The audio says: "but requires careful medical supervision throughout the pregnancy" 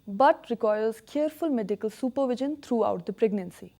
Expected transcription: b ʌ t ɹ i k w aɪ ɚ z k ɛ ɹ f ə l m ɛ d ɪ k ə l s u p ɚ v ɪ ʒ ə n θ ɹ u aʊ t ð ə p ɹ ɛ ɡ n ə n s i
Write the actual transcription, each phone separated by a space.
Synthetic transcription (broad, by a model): b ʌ t ɹ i k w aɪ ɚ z k ɛ ɹ f ə l m ɛ d ɪ k ə l s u p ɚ v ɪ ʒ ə n t ɹ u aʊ t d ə p ɹ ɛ ɡ n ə n s i